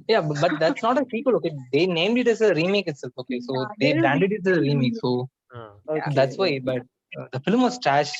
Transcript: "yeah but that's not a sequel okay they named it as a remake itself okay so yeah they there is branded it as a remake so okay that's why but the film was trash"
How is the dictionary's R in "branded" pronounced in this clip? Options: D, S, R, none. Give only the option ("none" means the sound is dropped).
none